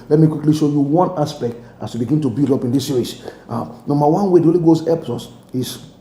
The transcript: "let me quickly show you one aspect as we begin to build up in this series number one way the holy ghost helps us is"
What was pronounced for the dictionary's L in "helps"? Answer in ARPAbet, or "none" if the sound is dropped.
none